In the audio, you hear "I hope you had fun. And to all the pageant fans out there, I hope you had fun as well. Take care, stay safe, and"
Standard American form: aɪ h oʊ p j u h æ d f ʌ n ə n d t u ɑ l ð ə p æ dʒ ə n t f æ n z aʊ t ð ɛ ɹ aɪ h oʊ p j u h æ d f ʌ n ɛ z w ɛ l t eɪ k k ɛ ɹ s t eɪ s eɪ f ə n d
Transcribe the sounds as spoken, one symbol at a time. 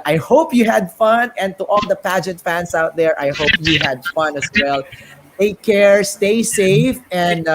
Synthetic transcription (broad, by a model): aɪ h oʊ p j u h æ d f ʌ n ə n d t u ɑ l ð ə p æ dʒ ə n t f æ n s aʊ t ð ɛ ɹ aɪ h oʊ p j u h æ d f ʌ n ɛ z w ɛ l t eɪ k k ɛ ɹ s t eɪ s eɪ f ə n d